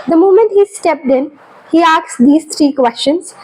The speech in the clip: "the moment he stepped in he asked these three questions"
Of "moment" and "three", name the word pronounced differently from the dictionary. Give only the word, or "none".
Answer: three